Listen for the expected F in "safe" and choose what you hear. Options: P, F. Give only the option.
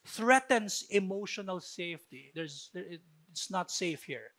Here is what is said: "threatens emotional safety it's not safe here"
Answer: F